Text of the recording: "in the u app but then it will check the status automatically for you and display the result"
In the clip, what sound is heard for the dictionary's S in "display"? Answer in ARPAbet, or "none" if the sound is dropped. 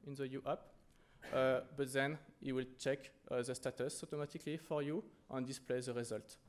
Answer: S